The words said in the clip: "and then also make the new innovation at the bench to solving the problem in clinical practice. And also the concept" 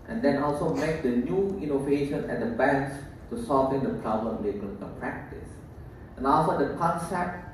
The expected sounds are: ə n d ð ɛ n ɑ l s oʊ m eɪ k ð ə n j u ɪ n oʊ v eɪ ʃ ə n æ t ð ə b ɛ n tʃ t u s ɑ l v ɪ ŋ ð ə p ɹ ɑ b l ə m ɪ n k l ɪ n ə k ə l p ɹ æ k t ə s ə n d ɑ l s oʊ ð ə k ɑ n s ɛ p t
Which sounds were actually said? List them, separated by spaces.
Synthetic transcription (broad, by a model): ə n d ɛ n ɑ l s oʊ m eɪ k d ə n j u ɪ n oʊ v eɪ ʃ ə n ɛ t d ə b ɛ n s t u s ɑ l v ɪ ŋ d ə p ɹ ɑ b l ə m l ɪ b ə ə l p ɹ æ k t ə s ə n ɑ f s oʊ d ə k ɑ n s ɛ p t